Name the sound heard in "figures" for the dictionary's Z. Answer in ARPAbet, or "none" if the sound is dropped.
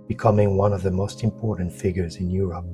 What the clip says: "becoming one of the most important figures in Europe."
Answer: Z